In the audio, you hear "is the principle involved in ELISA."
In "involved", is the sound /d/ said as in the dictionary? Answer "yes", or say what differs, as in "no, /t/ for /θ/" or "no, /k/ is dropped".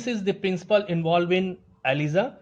no, /d/ is dropped